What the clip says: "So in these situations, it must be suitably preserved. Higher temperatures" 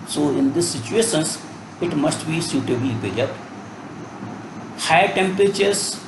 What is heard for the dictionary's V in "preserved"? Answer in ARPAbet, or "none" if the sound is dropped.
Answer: none